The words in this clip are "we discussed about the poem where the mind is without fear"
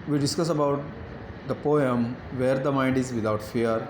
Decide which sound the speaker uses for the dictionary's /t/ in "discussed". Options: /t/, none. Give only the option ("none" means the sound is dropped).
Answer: none